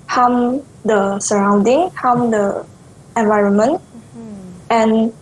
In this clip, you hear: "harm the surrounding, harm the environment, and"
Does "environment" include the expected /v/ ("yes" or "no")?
yes